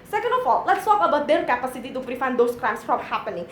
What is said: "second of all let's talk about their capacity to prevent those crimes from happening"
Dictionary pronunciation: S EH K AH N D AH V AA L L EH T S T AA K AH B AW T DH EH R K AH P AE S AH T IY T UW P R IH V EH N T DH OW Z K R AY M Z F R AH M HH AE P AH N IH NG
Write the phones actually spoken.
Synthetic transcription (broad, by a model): S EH K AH N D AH F AA L L EH T S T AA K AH B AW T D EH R K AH P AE S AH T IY T UW F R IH F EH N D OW S K R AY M S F R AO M HH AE P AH N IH NG